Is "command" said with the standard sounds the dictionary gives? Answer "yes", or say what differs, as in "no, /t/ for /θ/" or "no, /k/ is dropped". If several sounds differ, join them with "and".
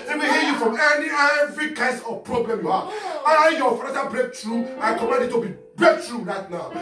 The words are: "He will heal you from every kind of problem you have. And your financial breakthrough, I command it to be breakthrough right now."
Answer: no, /n/ is dropped